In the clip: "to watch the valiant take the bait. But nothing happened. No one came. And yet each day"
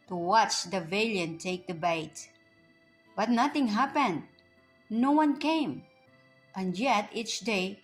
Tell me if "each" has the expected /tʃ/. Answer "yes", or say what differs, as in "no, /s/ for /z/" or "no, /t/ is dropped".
yes